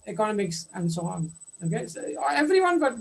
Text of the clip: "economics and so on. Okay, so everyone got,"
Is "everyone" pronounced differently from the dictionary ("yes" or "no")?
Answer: no